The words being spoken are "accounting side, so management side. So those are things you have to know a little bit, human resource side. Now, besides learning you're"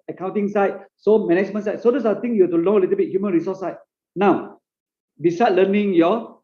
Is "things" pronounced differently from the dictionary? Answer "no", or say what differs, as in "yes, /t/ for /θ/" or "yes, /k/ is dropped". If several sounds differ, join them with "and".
yes, /t/ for /θ/ and /z/ is dropped